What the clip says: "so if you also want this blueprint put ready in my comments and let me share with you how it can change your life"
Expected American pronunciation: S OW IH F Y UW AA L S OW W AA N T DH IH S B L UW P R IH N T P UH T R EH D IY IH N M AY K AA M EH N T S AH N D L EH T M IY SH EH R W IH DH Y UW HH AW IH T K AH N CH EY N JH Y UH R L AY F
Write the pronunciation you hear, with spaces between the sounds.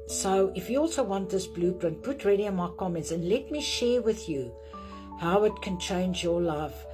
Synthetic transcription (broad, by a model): S OW IH F Y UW AA L S OW W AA N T DH IH S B L UW B R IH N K P UH T R EH D IY IH N M AY K AA M EH N T S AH N L EH T M IY SH EH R W IH DH Y UW HH AW IH T K AH N CH EY N JH Y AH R L AY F